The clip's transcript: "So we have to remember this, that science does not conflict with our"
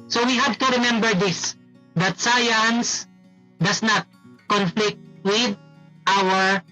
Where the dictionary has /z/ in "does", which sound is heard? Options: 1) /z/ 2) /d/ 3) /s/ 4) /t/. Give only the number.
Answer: 3